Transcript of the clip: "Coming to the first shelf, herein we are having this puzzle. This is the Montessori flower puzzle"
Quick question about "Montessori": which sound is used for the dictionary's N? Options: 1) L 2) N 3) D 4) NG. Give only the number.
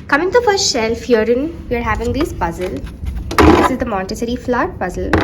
1